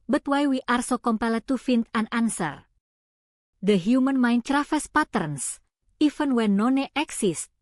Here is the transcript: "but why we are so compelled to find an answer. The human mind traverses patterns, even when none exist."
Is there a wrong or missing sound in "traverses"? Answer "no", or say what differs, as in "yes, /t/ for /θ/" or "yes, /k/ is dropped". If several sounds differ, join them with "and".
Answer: yes, /f/ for /v/